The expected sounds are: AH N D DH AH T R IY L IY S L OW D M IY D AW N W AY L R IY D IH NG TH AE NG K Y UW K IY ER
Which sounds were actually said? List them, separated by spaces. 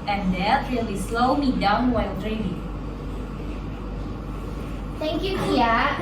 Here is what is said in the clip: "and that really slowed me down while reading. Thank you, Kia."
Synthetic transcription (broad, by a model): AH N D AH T L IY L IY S L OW M IY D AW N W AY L R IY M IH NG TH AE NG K Y UW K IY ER